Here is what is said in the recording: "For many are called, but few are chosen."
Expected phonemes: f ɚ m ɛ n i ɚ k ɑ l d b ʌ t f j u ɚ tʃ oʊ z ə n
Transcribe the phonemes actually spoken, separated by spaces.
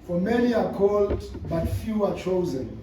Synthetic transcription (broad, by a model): f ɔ m ɛ n i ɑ k ɑ l d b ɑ t f j u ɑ tʃ oʊ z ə n